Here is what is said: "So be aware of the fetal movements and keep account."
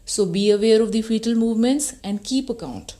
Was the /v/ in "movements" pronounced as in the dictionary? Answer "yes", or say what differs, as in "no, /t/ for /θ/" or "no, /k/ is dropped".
yes